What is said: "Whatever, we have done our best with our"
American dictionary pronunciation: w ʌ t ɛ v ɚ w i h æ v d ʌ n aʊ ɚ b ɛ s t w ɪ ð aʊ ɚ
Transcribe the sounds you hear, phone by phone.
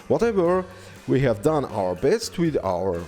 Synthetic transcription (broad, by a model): w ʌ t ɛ v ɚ w i h æ v d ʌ n aʊ ɚ b ɛ s t w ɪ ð aʊ ɚ